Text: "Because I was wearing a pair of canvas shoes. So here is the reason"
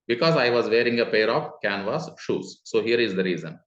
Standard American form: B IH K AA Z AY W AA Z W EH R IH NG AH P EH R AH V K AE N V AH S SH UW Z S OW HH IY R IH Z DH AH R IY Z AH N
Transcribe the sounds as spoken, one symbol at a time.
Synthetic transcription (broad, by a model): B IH K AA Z AY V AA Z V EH R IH NG AH P EH R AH P K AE N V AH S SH UW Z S OW HH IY R IH Z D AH R IY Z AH N